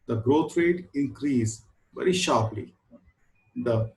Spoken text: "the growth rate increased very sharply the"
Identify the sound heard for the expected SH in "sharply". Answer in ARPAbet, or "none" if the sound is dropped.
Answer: SH